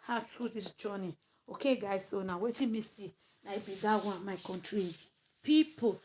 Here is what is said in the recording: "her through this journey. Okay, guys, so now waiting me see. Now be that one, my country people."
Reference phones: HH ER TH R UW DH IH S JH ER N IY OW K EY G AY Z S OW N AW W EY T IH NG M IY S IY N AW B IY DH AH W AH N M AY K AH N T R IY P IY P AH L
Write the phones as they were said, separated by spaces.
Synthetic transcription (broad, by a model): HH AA T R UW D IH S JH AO N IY OW K EY G AY S OW N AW W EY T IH M IY S IY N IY B IY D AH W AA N M AY K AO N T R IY P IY P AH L